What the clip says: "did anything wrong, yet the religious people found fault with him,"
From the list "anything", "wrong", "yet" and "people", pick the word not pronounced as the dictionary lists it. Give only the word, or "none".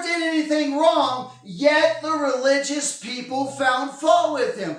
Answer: none